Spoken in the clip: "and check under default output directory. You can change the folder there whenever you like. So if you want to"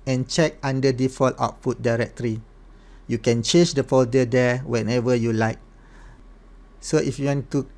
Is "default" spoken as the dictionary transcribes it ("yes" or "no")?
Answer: yes